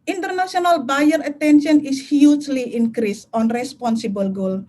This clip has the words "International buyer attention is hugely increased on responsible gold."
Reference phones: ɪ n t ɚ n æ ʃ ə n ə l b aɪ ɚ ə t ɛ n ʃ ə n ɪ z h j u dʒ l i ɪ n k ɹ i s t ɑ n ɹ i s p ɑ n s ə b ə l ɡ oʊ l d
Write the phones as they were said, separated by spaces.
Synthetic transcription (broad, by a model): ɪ n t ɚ n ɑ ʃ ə n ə l b aɪ ɚ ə t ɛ n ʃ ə n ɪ s h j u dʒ l i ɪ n k ɹ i s ɑ n ɹ i s p ɑ n s ə b ə l ɡ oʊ l